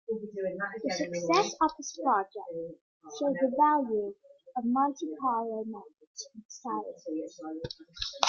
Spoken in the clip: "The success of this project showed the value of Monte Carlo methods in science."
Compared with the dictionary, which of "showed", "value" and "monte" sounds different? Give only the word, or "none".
monte